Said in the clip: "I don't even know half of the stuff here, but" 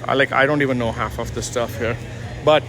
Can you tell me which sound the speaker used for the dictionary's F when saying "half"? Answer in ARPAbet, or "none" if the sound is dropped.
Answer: F